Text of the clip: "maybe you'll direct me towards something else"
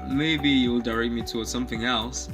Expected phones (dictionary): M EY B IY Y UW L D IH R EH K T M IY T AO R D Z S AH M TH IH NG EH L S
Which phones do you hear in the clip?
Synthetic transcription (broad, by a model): M EY B IY Y UW L D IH R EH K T M IY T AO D S AH M TH IH NG EH L S